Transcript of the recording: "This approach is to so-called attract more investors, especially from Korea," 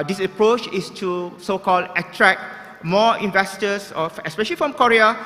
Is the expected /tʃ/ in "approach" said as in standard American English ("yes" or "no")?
yes